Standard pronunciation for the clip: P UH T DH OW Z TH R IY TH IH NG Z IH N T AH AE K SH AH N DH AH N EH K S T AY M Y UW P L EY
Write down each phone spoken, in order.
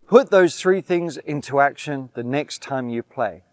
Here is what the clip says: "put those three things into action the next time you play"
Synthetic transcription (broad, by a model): P UH T DH OW Z TH R IY TH IH NG Z IH N T AH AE K SH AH N DH AH N EH K S T AY M Y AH P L EY